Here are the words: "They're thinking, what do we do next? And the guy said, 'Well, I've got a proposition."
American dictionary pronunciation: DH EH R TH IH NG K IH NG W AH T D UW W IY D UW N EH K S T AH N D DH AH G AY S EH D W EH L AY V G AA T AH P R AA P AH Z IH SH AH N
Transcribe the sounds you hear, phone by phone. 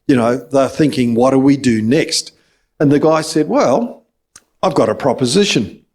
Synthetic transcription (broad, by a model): DH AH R TH IH NG K IH NG W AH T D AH W IY D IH N EH K S T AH N DH AH G AY S EH D W EH L AY V G AA T AH P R AA P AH Z IH SH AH N